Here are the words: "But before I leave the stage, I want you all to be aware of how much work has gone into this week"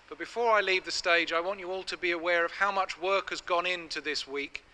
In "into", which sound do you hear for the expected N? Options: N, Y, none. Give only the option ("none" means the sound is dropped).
N